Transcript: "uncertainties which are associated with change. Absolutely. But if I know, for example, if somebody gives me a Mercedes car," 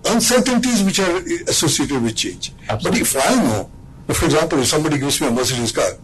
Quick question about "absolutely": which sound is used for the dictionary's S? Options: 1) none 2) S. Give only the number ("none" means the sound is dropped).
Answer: 1